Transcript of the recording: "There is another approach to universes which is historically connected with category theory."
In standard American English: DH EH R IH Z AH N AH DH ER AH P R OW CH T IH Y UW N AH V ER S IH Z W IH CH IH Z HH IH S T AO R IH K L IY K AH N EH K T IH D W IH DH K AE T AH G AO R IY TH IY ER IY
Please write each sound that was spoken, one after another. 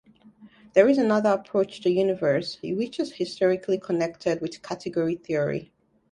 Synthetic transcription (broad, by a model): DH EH R IH Z AH N AH DH ER AH P R OW CH T IH Y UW N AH V ER S W IH CH IH Z HH IH S T AO R IH K L IY K AH N EH K T IH D W IH DH K AE T AH G AO R IY TH IY ER IY